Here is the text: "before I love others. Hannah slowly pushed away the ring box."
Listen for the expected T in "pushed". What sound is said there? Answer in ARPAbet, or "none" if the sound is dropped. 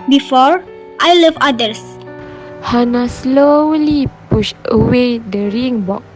none